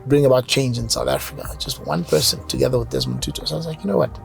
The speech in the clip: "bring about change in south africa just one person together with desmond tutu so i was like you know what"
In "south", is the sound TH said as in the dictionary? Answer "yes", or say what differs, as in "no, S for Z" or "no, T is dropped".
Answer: yes